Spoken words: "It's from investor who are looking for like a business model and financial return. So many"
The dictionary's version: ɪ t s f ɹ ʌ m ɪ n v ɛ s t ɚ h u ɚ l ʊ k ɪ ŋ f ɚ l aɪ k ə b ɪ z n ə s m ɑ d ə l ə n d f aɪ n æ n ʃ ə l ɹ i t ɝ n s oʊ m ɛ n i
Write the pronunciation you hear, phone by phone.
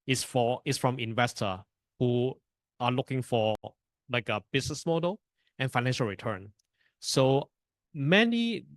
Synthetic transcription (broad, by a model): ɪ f s f ɹ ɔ m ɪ n v ɛ s t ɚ h u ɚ l ʊ k ɪ ŋ f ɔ l aɪ k ə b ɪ s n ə s m ɑ d ə l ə n f aɪ n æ n ʃ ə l ɹ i t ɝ n s oʊ m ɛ n i